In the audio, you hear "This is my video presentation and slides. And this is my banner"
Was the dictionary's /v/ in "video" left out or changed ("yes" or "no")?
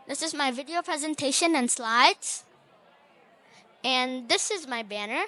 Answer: no